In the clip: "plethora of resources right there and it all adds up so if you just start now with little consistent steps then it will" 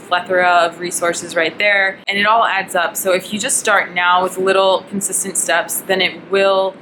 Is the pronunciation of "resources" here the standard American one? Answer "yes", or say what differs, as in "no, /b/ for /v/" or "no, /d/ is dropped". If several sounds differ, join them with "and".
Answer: yes